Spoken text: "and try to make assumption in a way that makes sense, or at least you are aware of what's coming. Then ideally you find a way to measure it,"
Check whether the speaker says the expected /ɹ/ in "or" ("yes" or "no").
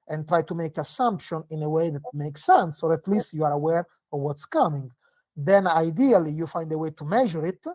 yes